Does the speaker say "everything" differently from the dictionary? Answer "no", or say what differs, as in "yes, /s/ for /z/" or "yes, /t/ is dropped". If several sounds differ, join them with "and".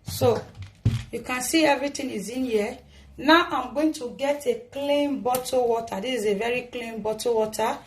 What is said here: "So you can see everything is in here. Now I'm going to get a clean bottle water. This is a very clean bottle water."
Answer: yes, /t/ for /θ/